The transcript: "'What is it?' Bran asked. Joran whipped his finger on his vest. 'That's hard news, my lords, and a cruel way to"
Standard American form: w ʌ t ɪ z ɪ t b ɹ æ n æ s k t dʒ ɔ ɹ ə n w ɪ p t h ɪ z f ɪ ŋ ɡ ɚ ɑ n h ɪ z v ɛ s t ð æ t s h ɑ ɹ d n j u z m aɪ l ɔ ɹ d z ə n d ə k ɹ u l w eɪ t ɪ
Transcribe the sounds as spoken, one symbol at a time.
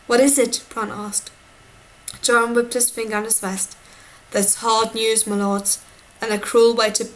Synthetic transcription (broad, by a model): w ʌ t ɪ z ɪ t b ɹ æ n æ s k t dʒ ɔ ɹ ə n w ɪ p t h ɪ z f ɪ ŋ ɡ ɚ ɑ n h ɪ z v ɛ s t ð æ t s h ɑ ɹ d n j u z m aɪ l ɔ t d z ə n ə k ɹ u l w eɪ t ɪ